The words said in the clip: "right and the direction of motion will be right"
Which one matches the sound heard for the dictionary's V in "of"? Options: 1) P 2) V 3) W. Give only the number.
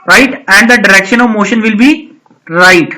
2